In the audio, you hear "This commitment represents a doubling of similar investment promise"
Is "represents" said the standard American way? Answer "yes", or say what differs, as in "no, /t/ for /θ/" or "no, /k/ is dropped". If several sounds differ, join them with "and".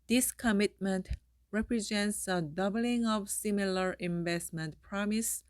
yes